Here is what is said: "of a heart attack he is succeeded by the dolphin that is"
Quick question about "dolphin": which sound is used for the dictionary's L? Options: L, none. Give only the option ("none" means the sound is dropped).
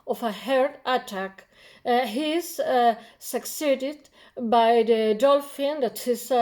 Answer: L